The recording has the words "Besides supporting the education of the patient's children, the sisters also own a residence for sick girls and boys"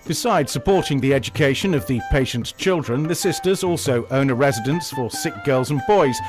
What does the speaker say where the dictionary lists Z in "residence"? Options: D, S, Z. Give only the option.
Z